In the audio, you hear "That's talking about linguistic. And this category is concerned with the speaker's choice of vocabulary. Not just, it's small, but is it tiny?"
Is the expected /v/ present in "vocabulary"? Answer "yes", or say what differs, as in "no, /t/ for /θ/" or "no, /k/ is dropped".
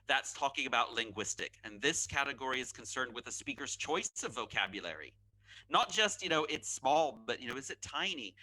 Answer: yes